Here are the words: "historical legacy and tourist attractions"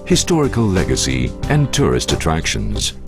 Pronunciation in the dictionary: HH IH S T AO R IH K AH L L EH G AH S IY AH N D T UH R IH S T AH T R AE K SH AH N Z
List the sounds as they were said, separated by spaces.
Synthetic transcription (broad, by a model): HH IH S T AO R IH K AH L L EH G AH S IY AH N T UH R IH S T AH T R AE K SH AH N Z